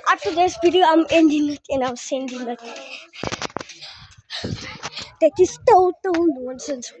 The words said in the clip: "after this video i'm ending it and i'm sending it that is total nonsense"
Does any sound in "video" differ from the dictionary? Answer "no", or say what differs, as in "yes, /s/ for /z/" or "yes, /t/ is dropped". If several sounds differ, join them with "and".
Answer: yes, /b/ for /v/